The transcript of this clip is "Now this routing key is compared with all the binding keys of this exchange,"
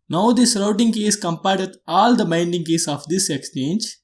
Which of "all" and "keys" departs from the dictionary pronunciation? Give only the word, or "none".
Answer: keys